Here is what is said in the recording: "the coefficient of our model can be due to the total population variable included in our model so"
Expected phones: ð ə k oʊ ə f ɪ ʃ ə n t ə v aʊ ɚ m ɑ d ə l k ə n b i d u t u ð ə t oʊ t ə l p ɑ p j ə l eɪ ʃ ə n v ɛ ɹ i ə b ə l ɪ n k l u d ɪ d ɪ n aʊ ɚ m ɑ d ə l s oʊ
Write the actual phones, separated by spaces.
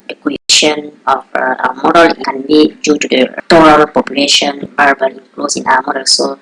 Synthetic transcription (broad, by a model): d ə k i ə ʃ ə n ə f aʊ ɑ m ɑ d ə l k ə n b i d u t u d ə t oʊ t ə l p ɑ p j ə l eɪ ʃ ə n b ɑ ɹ b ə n k l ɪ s ɪ n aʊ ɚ m ɑ d ə l s oʊ